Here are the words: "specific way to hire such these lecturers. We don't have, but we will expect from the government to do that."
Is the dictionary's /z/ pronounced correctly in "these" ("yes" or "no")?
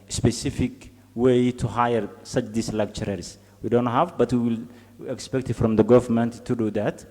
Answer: no